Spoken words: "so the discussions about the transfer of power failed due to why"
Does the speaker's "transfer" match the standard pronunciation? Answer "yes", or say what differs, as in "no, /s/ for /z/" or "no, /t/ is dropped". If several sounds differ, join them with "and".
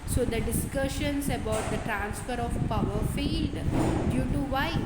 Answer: yes